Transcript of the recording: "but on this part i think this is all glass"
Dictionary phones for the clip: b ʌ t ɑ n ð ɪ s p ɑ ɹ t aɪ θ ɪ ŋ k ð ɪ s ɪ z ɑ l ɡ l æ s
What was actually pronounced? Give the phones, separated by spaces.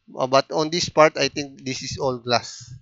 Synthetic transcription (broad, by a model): b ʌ t ɑ n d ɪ s p ɑ ɹ t aɪ t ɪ ŋ k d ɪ s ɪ s ɑ l ɡ l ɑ s